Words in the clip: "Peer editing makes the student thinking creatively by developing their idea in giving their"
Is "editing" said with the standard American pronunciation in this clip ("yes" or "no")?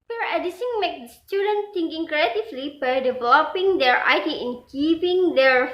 no